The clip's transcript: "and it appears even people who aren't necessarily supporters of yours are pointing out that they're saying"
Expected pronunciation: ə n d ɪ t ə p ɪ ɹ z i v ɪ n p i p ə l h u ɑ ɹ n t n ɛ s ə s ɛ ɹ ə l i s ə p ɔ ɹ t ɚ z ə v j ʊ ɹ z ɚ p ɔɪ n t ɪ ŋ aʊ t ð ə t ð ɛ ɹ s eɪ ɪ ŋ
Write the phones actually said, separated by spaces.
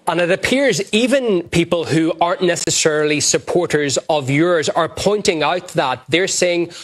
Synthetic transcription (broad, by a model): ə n ɪ t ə p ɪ ɹ z i v ɪ n p i p ə l h u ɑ ɹ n n ɛ s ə s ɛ ɹ l i s ə p ɔ ɹ t ɚ z ə v j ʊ ɹ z ɚ p ɔɪ n t ɪ ŋ aʊ t ð ə t ð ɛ ɹ s eɪ ɪ ŋ